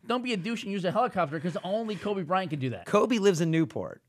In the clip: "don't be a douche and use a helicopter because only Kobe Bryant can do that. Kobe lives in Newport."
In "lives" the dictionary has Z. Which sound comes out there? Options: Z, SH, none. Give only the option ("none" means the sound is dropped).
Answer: Z